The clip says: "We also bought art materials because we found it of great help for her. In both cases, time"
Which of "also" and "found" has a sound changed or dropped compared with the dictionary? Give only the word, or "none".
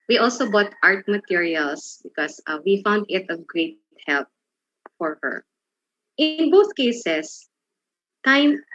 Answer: none